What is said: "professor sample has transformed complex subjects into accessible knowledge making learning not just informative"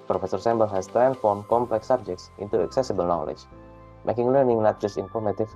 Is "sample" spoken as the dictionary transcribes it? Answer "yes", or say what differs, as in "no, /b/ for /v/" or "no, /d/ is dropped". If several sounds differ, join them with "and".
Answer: no, /b/ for /p/